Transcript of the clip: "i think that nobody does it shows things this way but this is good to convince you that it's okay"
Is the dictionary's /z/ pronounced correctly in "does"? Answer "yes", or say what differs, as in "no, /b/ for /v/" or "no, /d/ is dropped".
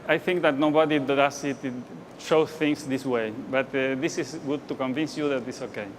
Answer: no, /s/ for /z/